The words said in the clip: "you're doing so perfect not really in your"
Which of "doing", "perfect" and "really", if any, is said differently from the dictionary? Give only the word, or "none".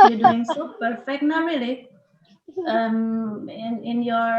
really